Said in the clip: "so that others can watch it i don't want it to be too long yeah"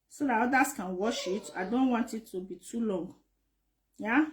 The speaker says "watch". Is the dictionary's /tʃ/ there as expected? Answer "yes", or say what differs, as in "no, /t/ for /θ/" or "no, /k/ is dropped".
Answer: no, /ʃ/ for /tʃ/